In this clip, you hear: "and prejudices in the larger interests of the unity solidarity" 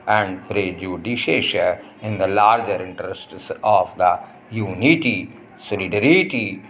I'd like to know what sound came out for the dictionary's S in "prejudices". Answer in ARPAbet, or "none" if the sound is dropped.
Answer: SH